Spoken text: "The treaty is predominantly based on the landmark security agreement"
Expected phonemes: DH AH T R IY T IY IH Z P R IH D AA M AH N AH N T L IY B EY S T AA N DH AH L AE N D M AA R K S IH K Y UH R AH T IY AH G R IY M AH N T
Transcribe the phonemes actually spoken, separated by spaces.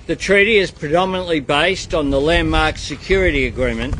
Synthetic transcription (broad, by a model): DH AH T R IY T IY IH Z P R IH D AA M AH N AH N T L IY B EY S T N DH AH L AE N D M AA R K S IH K Y UH R AH T IY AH G R IY M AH N T